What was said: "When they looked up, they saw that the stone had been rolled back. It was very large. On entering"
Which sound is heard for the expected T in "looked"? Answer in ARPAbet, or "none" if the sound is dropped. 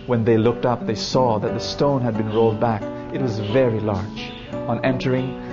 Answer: T